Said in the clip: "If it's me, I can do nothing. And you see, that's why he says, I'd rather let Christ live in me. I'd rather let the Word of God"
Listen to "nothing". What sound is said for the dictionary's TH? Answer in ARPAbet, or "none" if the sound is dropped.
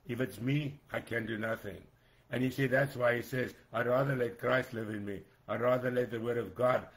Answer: TH